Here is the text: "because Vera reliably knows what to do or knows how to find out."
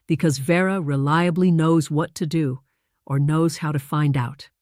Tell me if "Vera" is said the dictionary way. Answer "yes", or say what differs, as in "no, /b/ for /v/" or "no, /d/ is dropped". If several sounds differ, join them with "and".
yes